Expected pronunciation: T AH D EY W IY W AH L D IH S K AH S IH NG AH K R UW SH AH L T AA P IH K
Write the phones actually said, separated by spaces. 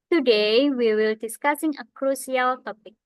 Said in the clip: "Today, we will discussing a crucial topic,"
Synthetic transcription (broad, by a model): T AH D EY W IY W AH L D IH S K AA S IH NG AH K R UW S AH L T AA P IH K